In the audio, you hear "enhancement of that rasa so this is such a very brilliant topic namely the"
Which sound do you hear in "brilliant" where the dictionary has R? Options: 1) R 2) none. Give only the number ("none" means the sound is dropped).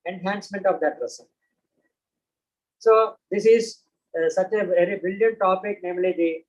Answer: 2